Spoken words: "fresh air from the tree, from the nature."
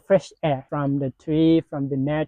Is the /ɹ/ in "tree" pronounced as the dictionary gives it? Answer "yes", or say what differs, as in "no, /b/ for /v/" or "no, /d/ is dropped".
yes